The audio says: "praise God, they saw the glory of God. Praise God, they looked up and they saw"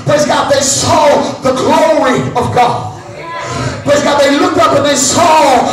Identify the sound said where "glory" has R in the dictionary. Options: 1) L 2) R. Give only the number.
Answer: 2